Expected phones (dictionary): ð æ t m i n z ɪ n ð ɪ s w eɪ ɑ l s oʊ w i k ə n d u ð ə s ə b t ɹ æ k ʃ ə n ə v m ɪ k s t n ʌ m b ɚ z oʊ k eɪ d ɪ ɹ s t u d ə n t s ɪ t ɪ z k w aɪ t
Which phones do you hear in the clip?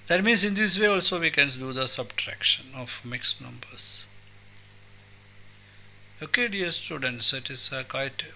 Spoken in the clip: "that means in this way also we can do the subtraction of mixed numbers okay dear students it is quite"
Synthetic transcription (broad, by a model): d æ t m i n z ɪ n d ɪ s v eɪ ɑ l s oʊ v i k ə n d u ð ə s ə b t ɹ æ k ʃ ə n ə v m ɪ k s n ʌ m b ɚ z oʊ k eɪ d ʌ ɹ s t u d ə n t s ɪ t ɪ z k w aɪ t